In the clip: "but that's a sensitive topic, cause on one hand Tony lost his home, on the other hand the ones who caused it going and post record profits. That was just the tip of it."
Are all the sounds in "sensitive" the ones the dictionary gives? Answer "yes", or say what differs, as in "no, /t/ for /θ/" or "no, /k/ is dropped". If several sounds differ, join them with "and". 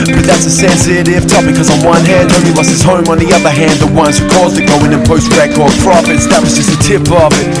no, /f/ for /v/